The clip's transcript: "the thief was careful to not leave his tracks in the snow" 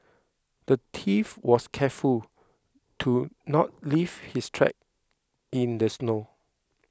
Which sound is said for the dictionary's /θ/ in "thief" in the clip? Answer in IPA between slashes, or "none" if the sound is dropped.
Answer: /t/